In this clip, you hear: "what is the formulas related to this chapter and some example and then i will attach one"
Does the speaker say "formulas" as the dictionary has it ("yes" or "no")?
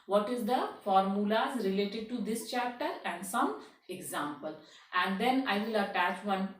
yes